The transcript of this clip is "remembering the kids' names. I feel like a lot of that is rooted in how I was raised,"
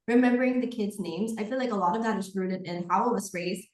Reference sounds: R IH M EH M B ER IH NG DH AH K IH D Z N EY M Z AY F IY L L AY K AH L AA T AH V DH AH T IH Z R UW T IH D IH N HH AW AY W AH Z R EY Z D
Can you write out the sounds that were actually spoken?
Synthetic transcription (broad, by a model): R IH M EH M B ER IH NG DH AH K IH D Z N EY M Z AY F IY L L AY K AH L AA T AH V DH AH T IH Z R UW T IH D IH N HH AW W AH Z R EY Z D